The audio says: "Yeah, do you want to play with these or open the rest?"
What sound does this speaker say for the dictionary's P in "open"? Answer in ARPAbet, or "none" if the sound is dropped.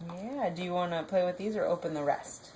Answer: P